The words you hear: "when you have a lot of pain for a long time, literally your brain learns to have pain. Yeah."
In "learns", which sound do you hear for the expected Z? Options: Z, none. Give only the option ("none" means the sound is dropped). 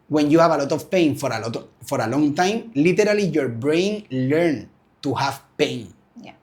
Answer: none